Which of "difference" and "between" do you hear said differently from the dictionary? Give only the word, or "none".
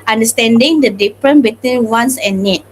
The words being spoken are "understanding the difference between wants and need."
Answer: difference